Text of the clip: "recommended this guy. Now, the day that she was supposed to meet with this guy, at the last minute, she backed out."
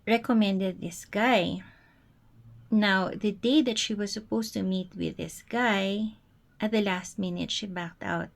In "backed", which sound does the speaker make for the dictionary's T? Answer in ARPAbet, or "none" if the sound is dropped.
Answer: T